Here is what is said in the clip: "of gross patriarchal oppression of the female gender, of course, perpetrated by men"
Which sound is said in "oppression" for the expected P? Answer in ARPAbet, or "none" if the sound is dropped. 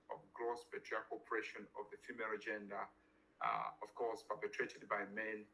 none